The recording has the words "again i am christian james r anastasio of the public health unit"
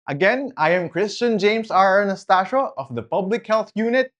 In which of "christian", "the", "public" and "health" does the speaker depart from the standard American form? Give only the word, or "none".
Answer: none